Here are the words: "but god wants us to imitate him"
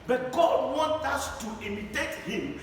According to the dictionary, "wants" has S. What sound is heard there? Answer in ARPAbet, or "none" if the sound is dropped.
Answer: none